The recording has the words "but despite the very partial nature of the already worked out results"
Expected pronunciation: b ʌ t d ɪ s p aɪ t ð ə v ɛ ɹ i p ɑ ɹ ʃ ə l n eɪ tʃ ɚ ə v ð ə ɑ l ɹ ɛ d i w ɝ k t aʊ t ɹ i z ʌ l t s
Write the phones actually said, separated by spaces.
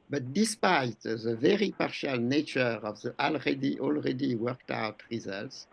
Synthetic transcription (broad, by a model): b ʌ t d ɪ s p aɪ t ð ə v ɛ ɹ i p ɑ ɹ ʃ ə l n eɪ tʃ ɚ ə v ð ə ɑ l ɹ ɛ d i w ɝ k t aʊ t ɹ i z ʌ l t s